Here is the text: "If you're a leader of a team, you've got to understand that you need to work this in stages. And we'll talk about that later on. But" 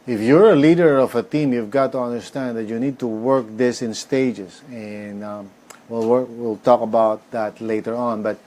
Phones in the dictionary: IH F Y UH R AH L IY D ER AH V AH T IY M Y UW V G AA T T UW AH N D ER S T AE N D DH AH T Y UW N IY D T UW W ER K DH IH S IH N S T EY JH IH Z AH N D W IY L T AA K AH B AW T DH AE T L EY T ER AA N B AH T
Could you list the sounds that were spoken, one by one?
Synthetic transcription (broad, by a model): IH F Y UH R AH L IY D ER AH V AH T IY M Y UW V G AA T T UW AH N D ER S T AE N D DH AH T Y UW N IY D T UW W ER K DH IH S IH N S T EY JH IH S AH N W W IY L T AA K AH B AW T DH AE T L EY T ER AA N B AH T